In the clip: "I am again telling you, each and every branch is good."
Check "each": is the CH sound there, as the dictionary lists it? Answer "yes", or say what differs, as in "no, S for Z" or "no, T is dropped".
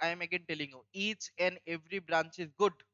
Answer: yes